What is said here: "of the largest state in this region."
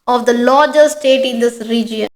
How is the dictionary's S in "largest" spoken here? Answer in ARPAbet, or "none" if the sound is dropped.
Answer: none